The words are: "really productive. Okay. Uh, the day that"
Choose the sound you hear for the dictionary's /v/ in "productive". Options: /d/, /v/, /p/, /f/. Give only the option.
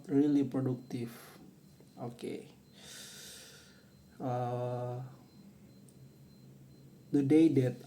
/f/